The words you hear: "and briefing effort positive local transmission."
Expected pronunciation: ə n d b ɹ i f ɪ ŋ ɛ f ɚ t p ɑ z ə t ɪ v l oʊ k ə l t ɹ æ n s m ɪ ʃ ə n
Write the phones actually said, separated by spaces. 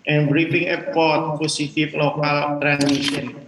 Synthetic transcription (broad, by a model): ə n b ɹ i f ɪ ŋ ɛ p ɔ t p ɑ s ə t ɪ f l oʊ k ə l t ɹ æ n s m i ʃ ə n